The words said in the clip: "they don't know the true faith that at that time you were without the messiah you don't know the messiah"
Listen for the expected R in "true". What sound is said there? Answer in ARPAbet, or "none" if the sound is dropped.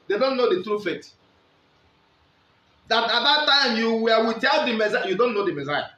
R